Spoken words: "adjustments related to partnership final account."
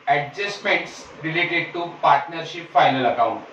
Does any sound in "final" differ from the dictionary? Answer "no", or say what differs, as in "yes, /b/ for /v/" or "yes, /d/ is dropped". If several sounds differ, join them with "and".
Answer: no